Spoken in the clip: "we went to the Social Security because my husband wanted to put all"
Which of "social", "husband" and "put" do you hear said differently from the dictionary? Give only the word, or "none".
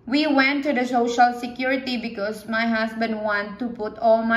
husband